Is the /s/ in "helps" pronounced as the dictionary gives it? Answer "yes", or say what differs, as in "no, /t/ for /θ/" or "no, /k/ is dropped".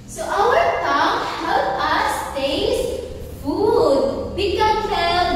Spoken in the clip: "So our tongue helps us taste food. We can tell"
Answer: no, /s/ is dropped